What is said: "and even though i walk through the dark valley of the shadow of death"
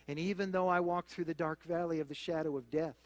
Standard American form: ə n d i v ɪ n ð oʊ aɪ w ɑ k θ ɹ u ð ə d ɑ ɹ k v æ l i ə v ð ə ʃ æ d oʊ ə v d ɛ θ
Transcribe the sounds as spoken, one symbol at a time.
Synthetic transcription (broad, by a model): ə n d i v ɪ n ð oʊ aɪ w ɑ k θ ɹ u ð ə d ɑ ɹ k v æ l i ə v ð ə ʃ æ d oʊ ə v d ɛ θ